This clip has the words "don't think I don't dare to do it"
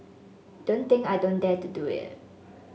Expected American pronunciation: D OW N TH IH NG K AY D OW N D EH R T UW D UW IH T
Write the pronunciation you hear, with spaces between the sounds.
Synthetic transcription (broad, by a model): D OW N T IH NG K AY D OW N D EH T UW D UW IH T